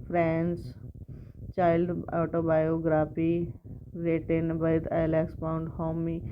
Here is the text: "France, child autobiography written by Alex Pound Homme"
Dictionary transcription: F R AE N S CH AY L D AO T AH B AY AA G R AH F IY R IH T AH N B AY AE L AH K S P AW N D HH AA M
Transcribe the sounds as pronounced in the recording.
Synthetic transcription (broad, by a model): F R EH N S CH AY L D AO T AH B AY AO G R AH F IY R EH T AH N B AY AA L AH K S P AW N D HH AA M